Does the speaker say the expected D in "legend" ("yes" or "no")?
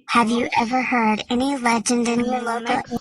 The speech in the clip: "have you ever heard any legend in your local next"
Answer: yes